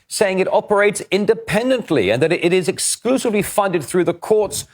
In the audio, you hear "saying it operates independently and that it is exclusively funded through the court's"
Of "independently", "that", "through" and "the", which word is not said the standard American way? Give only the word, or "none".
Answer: none